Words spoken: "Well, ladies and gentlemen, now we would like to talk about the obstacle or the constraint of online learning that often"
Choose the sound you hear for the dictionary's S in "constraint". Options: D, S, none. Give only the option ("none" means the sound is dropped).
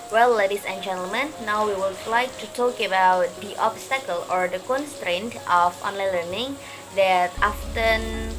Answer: S